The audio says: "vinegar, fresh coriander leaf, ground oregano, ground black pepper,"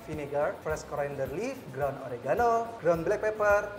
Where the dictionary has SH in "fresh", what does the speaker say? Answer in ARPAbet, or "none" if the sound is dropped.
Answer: S